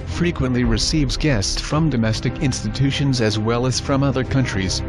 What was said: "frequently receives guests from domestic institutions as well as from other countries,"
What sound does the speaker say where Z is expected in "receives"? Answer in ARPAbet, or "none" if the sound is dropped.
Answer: Z